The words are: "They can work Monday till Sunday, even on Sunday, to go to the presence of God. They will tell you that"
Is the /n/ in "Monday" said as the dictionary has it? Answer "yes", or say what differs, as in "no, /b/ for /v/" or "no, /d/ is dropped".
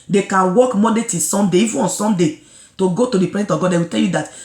no, /n/ is dropped